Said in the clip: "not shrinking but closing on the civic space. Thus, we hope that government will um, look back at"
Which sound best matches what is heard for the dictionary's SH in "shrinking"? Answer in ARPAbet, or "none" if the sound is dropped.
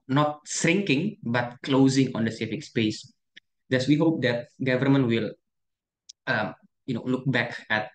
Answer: S